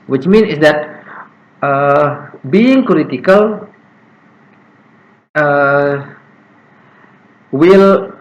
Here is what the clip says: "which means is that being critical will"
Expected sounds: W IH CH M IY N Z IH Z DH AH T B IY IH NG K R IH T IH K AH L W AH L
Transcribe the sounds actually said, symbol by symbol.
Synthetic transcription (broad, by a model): W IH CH M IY N IH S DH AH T B IY IH NG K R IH T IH K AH L W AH L